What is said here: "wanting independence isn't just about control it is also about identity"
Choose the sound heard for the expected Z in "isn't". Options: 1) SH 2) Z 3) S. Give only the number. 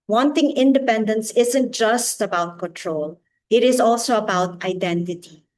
2